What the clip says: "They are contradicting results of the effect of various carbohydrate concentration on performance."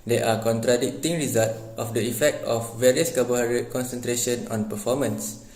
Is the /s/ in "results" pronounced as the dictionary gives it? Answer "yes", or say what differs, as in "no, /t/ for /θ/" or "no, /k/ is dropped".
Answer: no, /s/ is dropped